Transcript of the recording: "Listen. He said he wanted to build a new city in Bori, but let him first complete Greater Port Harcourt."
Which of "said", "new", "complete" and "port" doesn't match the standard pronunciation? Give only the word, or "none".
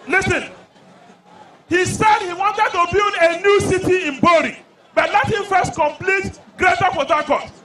port